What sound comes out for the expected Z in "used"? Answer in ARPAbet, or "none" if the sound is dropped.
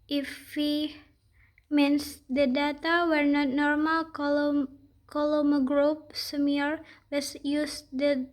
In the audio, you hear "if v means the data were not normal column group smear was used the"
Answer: S